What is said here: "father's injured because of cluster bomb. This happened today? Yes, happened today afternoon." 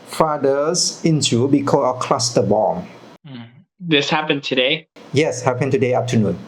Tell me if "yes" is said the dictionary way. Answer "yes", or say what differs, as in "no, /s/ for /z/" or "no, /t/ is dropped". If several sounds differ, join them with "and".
yes